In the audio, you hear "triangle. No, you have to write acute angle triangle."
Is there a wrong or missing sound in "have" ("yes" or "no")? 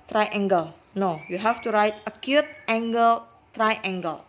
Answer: yes